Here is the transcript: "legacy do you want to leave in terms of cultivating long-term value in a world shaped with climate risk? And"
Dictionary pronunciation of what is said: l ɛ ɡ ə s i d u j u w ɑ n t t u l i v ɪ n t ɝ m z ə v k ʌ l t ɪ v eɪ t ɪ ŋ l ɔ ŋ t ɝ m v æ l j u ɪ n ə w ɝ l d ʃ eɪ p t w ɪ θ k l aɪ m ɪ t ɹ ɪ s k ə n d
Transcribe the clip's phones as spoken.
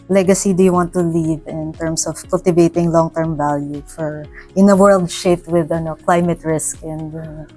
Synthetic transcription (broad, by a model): l ɛ ɡ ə s i d u j u w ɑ n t t u l i v ɪ n t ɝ m s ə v k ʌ l t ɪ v eɪ t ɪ ŋ l ɔ ŋ t ɝ m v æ l j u ɪ n ə w ɝ l d ʃ eɪ p t w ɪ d k l aɪ m ɪ t ɹ ɪ s k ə n d